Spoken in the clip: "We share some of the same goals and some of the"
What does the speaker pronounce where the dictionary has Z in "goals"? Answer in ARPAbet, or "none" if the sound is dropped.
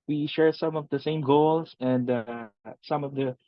S